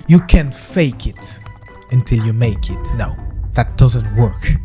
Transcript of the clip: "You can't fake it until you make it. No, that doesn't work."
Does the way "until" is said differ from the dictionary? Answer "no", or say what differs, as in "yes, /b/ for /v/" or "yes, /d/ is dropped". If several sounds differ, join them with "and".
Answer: no